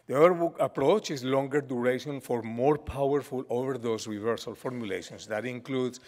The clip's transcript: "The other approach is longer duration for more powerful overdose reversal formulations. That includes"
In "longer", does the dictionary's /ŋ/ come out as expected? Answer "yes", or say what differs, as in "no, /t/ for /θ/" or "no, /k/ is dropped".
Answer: yes